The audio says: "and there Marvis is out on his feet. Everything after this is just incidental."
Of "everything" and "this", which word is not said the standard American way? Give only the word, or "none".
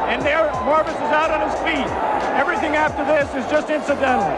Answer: none